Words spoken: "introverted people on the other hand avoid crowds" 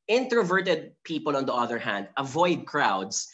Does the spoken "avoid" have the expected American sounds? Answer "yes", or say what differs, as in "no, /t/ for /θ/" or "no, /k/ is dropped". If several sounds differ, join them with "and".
yes